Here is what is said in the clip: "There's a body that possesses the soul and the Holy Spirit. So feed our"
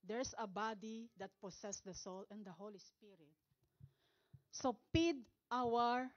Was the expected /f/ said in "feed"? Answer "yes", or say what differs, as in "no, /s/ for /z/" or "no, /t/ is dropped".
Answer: no, /p/ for /f/